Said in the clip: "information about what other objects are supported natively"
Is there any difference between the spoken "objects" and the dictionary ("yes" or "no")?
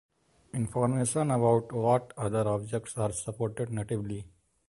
no